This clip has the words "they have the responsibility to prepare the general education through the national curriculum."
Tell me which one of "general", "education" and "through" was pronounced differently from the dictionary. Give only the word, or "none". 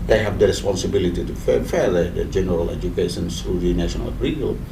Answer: through